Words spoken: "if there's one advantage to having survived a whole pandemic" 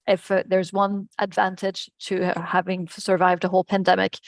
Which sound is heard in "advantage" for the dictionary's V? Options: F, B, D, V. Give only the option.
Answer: V